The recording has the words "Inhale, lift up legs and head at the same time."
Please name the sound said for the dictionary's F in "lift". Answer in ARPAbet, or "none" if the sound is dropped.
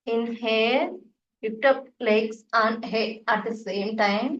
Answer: P